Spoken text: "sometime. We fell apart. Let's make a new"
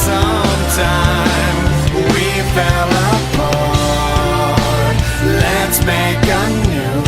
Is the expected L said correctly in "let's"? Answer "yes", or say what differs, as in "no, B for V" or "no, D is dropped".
yes